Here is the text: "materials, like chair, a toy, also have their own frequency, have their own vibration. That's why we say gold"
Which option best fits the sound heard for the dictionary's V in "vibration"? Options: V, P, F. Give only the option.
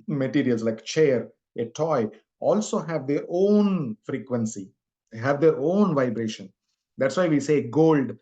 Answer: V